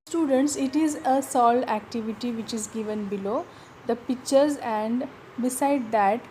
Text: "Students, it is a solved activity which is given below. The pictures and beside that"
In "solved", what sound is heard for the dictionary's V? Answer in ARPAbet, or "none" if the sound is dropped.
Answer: none